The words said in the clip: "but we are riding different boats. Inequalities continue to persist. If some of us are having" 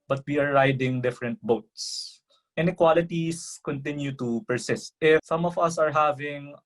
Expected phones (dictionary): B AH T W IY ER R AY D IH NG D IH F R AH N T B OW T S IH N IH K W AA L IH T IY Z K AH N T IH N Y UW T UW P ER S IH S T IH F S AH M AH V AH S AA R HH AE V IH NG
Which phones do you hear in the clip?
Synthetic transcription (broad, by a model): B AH T W IY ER R AY D IH NG D IH F R AH N T B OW T S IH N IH K W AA L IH T IY S K AH N T IH N Y UW T UW P ER S IH S T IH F S AH M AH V AH S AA R HH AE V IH NG